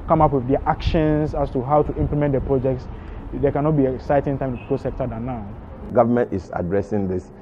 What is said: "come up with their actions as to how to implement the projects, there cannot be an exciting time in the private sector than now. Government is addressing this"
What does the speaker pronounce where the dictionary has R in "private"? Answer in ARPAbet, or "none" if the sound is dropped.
none